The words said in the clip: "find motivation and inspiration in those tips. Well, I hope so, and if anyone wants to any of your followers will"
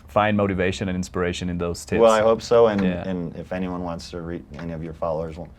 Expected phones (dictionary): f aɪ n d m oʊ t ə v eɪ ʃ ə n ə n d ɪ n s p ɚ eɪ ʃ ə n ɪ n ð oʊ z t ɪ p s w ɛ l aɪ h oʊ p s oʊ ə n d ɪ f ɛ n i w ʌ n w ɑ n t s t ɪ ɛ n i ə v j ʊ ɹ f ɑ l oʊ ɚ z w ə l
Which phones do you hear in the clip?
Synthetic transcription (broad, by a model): f aɪ n m oʊ t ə v eɪ ʃ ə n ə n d ɪ n s p ɚ eɪ ʃ ə n ɪ n ð oʊ z t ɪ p w ɛ l aɪ h oʊ p s oʊ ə n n ɪ f ɛ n i w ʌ n w ɑ n t s t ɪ ɛ n i ə v j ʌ ɹ f ɑ l oʊ ɚ z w